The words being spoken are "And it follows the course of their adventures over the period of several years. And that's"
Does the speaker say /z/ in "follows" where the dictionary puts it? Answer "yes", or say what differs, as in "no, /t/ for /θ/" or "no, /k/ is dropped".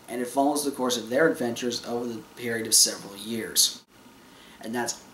yes